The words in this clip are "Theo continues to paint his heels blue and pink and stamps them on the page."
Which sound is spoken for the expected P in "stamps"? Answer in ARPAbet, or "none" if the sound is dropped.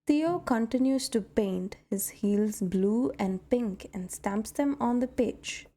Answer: P